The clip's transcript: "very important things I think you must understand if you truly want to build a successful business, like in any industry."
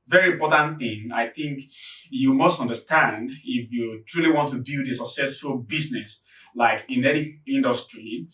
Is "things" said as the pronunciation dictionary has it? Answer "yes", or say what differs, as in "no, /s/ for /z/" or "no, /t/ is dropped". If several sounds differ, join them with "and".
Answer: no, /z/ is dropped